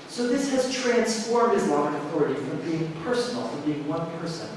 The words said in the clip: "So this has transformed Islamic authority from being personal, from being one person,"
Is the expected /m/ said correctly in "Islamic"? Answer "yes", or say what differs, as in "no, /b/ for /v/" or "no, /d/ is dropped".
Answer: no, /m/ is dropped